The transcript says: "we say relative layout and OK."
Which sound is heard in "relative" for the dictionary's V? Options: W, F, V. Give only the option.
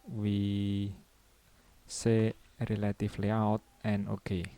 F